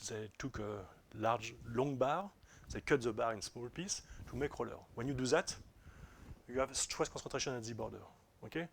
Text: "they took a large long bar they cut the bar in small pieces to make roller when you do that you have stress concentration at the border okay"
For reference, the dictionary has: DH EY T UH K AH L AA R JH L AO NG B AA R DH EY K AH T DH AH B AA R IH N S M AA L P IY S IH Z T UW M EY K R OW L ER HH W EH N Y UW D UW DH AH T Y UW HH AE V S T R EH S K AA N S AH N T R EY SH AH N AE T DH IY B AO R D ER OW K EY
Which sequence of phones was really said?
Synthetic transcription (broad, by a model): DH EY T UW K AH L AA R JH L AO NG B AA R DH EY K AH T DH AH B AA R IH N S M AA L P IY S T UW M EY K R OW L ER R W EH N Y UW D UW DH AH T Y UW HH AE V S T W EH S K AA S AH T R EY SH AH N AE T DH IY B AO R D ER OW K EY